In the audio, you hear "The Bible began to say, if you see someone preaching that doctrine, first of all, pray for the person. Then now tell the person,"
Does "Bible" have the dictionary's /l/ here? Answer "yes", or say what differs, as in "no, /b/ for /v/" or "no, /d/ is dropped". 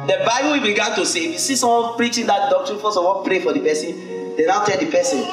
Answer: no, /w/ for /l/